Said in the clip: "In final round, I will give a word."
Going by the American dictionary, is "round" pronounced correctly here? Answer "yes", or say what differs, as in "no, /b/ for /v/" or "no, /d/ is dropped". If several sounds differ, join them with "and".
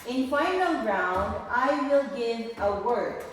yes